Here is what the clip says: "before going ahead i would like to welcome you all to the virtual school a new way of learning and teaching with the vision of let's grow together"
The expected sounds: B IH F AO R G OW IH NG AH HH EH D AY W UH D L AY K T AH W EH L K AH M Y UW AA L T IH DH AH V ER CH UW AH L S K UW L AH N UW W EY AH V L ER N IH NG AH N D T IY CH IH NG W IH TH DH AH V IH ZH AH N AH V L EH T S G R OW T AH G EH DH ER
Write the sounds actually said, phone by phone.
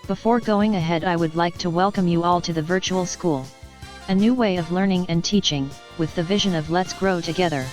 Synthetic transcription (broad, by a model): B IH F AO R G OW IH NG AH HH EH D AY W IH D L AY K T AH W EH L K AH M Y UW AA L T IH DH AH V ER CH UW L S K UW L AH N UW W EY AH V L ER N IH NG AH N T IY CH IH NG W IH DH AH V IH ZH AH N AH V L EH T S G R OW T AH G EH DH ER